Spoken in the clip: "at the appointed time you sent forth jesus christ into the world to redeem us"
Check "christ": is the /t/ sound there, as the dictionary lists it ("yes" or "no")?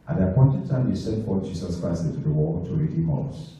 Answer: no